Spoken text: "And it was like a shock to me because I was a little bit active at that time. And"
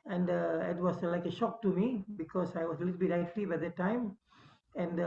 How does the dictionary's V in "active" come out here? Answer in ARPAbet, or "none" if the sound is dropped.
B